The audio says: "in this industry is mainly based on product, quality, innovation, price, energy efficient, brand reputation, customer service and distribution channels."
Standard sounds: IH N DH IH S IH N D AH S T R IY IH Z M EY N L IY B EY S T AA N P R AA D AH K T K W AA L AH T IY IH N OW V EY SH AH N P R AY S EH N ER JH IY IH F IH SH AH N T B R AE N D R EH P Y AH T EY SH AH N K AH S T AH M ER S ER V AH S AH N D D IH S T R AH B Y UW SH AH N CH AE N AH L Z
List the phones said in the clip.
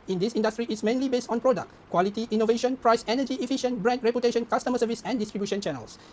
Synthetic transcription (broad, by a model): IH N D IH S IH N D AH S T R IY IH S M EY N L IY B EY S T AA N P R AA D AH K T K W AA L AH T IY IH N OW V EY SH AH N P R AY S EH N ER JH IY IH F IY SH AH N B R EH N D R EH P Y AH T EY SH AH N K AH S T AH M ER S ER V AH S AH N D D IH S T R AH B Y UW SH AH N CH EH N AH L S